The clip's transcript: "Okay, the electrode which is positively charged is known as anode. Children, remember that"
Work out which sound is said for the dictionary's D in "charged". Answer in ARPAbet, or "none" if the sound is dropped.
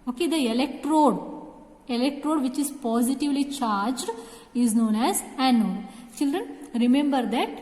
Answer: D